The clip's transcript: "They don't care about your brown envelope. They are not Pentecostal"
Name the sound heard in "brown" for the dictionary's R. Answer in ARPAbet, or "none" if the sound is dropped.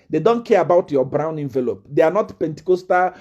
R